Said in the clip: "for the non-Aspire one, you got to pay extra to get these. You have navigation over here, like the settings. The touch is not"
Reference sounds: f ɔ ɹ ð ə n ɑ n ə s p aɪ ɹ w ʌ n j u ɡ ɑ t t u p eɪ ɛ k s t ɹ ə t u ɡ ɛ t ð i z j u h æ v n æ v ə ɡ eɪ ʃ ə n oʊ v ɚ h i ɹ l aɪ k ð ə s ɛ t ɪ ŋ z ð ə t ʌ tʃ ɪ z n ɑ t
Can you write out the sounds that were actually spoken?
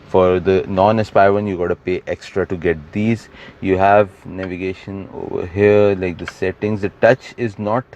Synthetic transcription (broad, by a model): f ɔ ɹ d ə n ɑ n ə s p aɪ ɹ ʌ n j u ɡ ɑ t t u p eɪ ɛ k s t ɹ ə t u ɡ ɛ t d i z j u h æ v n æ v ə ɡ eɪ ʃ ə n oʊ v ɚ h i ɹ l aɪ k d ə s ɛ t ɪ ŋ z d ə t ʌ tʃ ɪ z n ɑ t